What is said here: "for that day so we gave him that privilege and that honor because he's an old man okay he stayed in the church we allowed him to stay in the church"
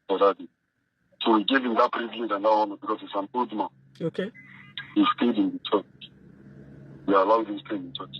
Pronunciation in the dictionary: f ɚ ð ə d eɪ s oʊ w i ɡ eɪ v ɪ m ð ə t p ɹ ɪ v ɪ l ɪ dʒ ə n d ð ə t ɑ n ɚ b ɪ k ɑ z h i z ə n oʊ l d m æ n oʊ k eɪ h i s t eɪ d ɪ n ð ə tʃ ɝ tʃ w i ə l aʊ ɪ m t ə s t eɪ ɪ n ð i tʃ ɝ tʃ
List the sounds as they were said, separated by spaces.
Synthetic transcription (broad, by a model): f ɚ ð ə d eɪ s oʊ w i ɡ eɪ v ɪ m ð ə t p ɹ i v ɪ l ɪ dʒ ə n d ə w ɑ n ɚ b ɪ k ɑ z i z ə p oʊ d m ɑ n oʊ k eɪ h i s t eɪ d ɪ n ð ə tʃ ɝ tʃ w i ə l aʊ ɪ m s t eɪ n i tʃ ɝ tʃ